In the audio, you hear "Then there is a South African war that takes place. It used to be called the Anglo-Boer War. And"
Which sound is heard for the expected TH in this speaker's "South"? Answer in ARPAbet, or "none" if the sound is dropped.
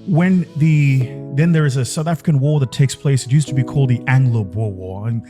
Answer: TH